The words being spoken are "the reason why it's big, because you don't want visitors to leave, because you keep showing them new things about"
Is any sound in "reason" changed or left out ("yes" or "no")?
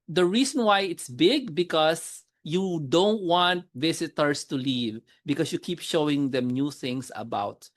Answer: yes